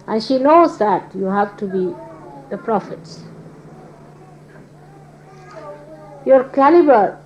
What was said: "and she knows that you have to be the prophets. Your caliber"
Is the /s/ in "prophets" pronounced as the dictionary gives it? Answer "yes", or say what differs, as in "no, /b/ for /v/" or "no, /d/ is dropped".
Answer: yes